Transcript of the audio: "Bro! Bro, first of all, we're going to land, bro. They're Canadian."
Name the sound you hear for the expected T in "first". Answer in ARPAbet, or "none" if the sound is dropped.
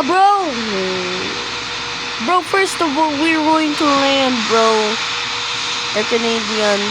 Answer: T